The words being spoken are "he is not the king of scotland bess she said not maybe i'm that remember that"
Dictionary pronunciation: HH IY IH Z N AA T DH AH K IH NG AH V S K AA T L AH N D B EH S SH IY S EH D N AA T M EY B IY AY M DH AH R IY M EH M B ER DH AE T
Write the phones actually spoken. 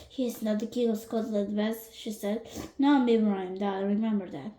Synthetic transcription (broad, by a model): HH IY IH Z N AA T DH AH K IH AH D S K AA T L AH D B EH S SH IY S EH D N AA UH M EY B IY AY M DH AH R IY M EH M B ER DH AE T